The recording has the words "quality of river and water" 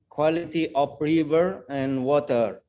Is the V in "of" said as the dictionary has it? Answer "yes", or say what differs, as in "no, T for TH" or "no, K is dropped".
no, P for V